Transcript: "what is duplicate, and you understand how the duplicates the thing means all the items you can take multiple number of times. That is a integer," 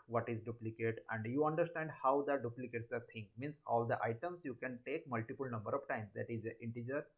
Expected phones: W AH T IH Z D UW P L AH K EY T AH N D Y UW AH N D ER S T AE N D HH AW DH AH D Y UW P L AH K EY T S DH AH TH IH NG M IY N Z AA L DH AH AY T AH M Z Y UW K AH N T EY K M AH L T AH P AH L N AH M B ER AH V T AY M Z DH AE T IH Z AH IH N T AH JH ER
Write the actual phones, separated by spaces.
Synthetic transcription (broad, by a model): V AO T IH Z D UW P L AH K EY T AH N D Y UW AH N D ER S T AE N D HH AW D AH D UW P L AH K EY T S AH T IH NG M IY N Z AA L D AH AY T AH M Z Y UW K AH N T EY K M AH L T AH P AH L N AH M B ER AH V T AY M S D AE T IH Z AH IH N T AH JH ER